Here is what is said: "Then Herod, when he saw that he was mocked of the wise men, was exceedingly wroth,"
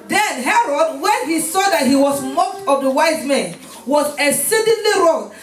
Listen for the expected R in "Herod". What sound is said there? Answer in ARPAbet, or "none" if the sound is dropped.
R